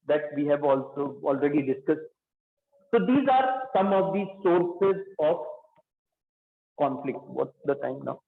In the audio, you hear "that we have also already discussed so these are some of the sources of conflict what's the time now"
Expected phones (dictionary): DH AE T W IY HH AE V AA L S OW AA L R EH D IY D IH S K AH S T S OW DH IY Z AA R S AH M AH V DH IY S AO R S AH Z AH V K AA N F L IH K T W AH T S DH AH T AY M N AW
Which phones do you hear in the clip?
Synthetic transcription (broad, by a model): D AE T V IY HH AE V AA L S OW AA L R EH D IY D IH S K AH S T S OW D IY Z AA R S AH M AH V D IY S AO R S AH Z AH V K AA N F L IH K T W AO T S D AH T AY M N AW